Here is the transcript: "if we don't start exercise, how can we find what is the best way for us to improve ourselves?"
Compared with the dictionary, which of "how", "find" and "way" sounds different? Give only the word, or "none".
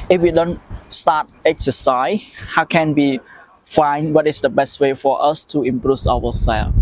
none